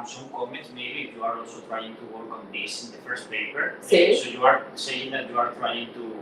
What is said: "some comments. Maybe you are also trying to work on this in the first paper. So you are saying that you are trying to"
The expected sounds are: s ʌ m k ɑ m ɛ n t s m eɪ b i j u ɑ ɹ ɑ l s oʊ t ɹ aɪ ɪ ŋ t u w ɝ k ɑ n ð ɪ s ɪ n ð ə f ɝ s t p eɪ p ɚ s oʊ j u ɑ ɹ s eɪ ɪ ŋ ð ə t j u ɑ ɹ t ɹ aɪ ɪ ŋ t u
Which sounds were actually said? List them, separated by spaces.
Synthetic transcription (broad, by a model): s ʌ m k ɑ m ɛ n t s m eɪ b i j u ɑ ɹ ɑ l s oʊ t ɹ aɪ ɪ ŋ t u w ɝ k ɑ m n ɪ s ɪ n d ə f ɝ s t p eɪ p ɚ s oʊ j u ɑ ɹ s eɪ ɪ ŋ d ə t j u ɑ ɹ t ɹ aɪ ɪ ŋ t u